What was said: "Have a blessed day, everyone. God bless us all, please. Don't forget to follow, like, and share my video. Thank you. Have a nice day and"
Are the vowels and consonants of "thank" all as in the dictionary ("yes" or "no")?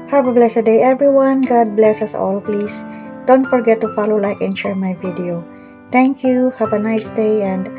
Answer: no